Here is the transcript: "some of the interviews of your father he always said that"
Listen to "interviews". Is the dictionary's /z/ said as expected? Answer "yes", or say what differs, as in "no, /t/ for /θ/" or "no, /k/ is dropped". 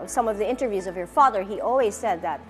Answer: yes